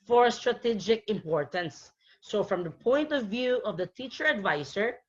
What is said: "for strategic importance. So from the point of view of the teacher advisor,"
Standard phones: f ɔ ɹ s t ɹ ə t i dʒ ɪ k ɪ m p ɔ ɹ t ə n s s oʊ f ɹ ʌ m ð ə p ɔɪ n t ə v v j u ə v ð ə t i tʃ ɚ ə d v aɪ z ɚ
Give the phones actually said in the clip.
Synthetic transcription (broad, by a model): f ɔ ɹ s t ɹ ə t i dʒ ɪ k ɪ m p ɔ ɹ t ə n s s oʊ f ɹ ʌ m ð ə p ɔɪ n t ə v v j u ə v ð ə t i tʃ ɚ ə d v aɪ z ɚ